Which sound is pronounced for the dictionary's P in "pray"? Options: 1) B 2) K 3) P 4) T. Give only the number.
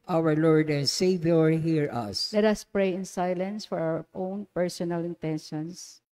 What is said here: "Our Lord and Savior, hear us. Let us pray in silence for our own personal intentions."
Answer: 3